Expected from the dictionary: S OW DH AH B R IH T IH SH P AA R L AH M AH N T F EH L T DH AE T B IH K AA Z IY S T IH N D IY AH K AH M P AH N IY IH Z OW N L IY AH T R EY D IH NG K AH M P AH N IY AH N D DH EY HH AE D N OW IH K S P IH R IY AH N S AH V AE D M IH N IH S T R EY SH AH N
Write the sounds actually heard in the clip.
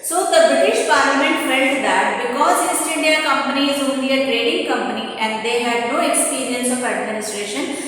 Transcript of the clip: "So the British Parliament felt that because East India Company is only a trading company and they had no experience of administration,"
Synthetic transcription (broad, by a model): S OW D AH B R IH T IH SH P AA R L AH M AH N T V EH N T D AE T B IH K AA Z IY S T IH N D IY AH K AH M P AH N IY IH Z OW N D IY AH T R EY D IH NG K AH M P AH N IY AH N D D EY HH AE D N OW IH K S P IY R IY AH N S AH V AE D M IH N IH S T R EY SH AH N